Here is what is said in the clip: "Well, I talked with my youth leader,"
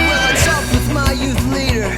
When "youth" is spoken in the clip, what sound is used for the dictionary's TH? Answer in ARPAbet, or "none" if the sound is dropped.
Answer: TH